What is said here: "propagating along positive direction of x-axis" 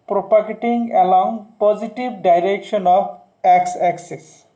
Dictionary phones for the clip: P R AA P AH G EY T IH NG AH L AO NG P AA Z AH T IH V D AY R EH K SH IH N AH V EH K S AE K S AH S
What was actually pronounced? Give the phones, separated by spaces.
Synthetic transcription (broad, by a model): P R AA P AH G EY T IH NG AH L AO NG P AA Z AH T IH B D AY R EH K SH IH N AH B EH K S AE K S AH S